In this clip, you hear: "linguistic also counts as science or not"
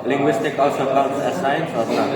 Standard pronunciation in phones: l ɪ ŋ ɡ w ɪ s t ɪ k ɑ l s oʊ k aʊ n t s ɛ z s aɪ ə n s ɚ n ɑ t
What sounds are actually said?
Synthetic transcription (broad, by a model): l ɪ ŋ ɡ w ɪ s t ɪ k ɑ l s oʊ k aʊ l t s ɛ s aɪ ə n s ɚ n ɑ